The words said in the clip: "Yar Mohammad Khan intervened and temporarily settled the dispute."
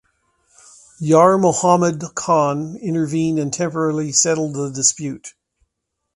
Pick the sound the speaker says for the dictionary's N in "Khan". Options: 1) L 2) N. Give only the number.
2